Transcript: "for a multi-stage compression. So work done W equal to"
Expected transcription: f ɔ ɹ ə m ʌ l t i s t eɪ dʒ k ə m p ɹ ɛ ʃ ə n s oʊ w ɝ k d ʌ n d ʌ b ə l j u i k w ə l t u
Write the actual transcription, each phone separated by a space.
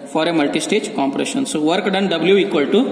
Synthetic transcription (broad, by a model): f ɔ ɹ ə m ʌ l t i s t eɪ dʒ k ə m p ɹ ɛ ʃ ə n s oʊ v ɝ k d ʌ n d ʌ b ə l j u i k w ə l t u